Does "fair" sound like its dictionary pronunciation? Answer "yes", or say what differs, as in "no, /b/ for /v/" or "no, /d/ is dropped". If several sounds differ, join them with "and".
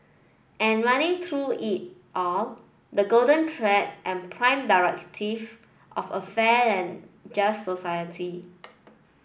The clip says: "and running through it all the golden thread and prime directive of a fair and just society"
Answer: no, /l/ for /ɹ/